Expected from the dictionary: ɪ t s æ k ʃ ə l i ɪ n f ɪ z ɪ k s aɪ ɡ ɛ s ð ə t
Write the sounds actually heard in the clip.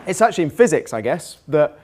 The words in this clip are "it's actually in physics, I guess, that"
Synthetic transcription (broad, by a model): ɪ t s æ k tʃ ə l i ɪ n f ɪ z ɪ k s aɪ ɡ ɛ s ð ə t